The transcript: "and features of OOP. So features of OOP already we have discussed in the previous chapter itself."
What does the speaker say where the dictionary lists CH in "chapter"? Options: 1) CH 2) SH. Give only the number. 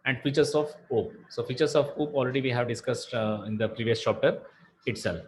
2